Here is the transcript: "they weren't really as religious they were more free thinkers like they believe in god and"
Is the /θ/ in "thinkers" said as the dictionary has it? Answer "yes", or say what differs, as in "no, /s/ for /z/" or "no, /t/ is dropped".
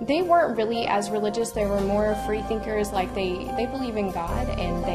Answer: yes